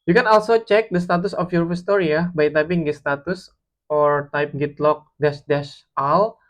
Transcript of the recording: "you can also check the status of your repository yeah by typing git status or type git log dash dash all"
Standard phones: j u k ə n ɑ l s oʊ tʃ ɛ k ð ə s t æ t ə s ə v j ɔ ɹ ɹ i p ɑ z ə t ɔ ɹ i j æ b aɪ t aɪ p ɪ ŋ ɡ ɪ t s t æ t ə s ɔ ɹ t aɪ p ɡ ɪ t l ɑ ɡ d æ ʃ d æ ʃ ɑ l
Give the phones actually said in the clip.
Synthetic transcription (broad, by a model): j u k ə n ɑ l s oʊ tʃ ɛ k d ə s t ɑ t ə s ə f j ɔ ɹ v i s t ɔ ɹ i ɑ b aɪ t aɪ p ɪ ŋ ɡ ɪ s t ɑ t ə s ɔ ɹ t aɪ p ɡ ɪ t l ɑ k d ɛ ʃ d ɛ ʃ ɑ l